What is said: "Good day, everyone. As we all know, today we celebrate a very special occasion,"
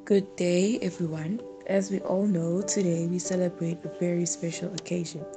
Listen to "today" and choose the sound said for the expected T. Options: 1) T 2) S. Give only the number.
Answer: 1